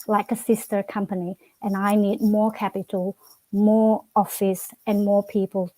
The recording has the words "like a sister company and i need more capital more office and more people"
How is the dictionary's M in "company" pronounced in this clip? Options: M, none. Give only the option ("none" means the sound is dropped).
M